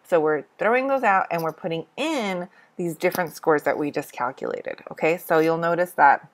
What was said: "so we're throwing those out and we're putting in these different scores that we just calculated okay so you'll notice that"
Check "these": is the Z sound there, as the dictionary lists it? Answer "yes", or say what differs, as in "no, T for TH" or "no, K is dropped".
yes